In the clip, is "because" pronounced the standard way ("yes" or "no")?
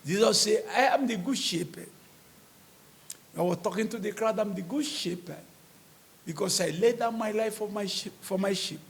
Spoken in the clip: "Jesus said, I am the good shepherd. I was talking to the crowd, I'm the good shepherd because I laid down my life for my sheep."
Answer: no